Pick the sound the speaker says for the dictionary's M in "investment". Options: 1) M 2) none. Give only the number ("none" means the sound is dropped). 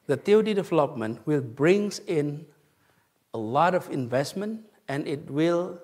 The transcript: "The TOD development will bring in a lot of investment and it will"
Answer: 1